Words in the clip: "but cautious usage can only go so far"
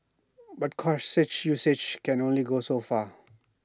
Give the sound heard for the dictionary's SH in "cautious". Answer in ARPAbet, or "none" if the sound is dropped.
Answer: S